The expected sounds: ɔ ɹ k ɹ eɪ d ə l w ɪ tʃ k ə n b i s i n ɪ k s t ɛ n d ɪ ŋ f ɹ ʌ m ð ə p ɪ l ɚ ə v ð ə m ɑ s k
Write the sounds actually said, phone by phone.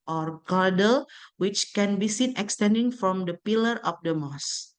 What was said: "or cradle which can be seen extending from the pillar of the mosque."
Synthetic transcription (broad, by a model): ɔ ɹ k ɑ d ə l w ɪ tʃ k ə n b i s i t ɪ k s t ɛ n d ɪ ŋ f ɹ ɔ m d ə p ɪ l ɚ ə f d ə m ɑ s